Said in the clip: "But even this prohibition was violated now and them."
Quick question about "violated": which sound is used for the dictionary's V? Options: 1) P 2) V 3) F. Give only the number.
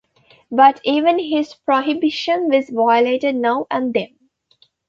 2